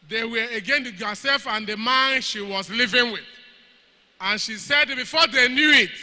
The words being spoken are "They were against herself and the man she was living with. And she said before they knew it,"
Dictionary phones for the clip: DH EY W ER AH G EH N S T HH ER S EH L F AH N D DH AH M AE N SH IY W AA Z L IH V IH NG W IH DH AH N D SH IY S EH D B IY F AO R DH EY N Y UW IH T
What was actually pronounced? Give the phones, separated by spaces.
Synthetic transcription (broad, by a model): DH EY W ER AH G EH N T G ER S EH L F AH N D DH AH M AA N SH IY W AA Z L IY V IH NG W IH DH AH N SH IY S EH D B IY F AO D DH EY N Y UW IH T